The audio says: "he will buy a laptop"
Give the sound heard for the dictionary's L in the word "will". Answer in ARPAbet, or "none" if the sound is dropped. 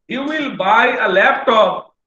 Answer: L